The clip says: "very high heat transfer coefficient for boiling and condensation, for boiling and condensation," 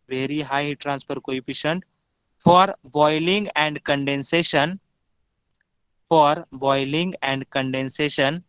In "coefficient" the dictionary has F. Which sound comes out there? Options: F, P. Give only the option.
P